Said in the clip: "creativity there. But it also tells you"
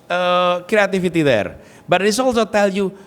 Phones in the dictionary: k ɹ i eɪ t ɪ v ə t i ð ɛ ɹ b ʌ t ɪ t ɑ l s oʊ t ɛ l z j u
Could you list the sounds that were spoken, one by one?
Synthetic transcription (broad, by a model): k ɹ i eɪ t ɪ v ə t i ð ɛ ɹ b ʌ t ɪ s ɑ l s oʊ t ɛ l j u